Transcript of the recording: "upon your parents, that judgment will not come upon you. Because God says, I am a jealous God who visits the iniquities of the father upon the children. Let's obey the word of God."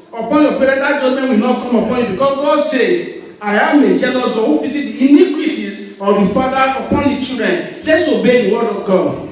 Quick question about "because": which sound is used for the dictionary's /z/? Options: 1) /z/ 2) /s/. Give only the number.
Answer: 2